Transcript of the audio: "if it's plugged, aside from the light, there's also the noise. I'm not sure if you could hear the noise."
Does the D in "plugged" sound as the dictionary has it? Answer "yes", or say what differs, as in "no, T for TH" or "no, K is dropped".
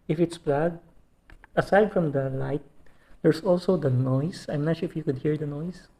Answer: no, D is dropped